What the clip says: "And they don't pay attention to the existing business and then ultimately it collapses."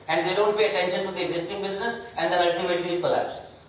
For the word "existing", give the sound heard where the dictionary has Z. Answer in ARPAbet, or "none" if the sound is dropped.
Z